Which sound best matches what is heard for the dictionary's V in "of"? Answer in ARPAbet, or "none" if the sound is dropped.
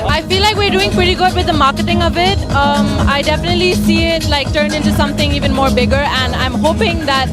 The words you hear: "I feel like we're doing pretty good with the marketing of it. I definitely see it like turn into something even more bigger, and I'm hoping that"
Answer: V